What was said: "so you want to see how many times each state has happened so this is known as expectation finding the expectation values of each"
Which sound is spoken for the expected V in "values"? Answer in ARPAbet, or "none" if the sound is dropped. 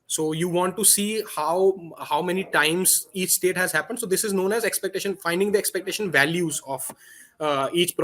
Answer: V